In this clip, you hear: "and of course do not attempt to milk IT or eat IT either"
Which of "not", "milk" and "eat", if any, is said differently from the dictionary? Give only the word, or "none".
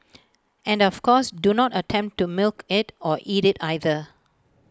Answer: none